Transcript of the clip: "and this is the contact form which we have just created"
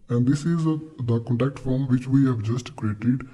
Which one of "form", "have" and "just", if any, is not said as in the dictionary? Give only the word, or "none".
none